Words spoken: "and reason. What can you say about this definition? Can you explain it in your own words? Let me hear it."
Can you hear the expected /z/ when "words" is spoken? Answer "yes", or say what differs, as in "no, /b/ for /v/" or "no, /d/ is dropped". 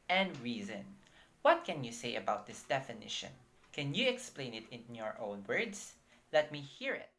no, /s/ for /z/